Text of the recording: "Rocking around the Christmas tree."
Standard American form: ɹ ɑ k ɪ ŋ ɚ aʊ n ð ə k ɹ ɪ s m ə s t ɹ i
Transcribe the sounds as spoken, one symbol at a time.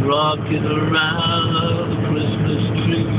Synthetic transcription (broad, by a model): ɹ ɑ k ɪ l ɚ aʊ l ð ə k ɹ ɪ s m ə s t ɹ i